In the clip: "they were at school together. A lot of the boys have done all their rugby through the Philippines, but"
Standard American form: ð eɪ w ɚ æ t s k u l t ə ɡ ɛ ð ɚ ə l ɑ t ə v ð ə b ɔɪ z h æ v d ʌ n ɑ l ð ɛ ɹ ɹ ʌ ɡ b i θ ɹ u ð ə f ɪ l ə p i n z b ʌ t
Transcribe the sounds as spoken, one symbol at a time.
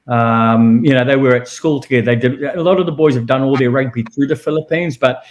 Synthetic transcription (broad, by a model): ð eɪ w ɚ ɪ t s k u l t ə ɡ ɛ ð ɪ ə l ɑ t ə v ð ə b ɔɪ z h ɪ v d ʌ n ɑ l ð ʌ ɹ ɹ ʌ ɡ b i θ ɹ u ð ə f ɪ l ə p i n z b ʌ t